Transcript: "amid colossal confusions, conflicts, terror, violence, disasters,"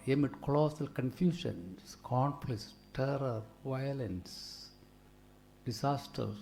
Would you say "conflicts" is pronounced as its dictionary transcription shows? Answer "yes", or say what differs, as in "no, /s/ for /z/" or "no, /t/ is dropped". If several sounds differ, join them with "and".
no, /p/ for /f/ and /k/ is dropped